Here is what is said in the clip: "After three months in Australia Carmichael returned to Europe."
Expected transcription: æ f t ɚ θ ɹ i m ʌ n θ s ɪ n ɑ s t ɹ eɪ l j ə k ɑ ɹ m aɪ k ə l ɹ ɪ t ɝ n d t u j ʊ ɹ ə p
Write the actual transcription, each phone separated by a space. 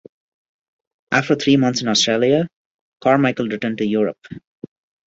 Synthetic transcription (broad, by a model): æ f t ɚ t ɹ i m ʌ n t s ɪ n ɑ s t ɹ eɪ l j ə k ɑ ɹ m aɪ k ə l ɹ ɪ t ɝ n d t u j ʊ ɹ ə p